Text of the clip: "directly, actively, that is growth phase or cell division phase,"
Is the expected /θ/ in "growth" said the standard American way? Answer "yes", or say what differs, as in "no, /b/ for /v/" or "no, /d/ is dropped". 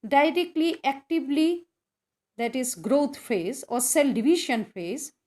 no, /t/ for /θ/